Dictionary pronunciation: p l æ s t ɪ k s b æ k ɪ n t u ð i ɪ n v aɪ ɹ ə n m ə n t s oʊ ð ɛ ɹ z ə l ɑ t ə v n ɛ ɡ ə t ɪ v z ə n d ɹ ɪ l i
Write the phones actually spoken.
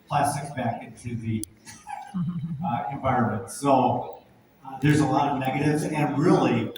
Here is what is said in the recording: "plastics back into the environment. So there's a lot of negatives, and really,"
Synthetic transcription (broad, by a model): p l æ s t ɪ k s b æ k ɪ n t u ð i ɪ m v aɪ ɹ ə n m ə n t s oʊ ð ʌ ɹ z ə l ɑ t ə v n ɛ ɡ ə t ɪ v z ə n ɹ ɪ l i